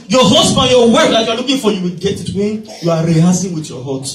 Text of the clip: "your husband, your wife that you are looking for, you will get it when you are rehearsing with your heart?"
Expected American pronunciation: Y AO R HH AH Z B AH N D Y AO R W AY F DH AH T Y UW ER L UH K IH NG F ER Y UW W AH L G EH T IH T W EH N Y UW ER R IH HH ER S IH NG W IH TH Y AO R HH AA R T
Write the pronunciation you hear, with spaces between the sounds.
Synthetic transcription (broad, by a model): Y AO HH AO S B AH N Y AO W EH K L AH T Y UW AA L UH K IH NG F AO Y UW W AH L G EH T IH T W EH N Y UW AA R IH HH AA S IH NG W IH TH Y AO HH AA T